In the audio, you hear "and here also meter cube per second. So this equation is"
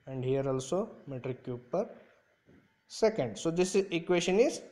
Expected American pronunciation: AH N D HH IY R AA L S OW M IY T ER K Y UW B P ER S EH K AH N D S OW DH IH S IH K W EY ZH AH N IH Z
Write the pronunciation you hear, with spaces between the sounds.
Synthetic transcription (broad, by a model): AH N D HH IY R AA L S OW M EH T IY K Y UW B P ER S EH K AH N D S OW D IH S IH K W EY SH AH N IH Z